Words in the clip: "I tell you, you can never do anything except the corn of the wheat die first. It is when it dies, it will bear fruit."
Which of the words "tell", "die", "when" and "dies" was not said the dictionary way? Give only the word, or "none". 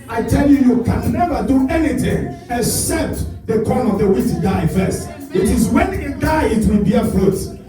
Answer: dies